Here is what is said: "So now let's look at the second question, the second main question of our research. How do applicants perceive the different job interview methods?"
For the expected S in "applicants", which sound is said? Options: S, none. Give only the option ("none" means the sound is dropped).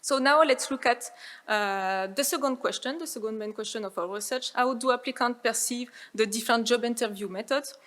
none